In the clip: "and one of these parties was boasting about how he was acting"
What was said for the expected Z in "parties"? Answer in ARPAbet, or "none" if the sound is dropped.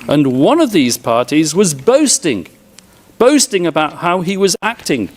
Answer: Z